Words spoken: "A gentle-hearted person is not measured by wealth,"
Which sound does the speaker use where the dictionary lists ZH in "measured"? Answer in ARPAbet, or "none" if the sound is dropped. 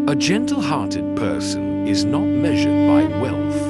ZH